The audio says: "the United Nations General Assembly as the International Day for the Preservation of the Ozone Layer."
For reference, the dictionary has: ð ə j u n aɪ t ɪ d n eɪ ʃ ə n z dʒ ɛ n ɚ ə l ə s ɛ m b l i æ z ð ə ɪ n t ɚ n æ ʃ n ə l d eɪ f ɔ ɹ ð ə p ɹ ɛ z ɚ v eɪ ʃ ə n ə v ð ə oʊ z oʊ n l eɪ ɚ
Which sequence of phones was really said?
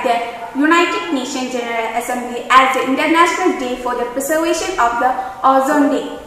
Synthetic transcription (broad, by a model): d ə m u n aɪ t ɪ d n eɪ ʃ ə n dʒ ɛ n ɚ ə l ə s ɛ m b l i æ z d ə ɪ n t ɚ n æ ʃ n ə l d eɪ f ɔ ɹ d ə p ɹ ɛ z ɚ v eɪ ʃ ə n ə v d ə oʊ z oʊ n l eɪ